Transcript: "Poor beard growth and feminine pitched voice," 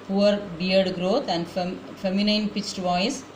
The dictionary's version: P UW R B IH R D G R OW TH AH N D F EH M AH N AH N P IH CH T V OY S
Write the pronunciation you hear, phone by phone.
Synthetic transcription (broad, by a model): P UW R B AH R D G R OW T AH N D F EH M AH N AH N P IH CH T V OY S